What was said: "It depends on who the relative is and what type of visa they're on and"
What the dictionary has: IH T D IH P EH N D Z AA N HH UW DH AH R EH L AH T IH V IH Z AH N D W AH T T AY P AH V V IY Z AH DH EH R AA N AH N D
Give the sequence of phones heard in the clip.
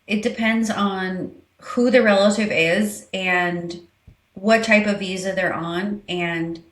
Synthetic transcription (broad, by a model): IH T D IH P EH N D Z N HH UW DH AH R EH L AH T IH V IH Z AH N W AH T T AY P AH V V IY Z AH DH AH R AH N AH N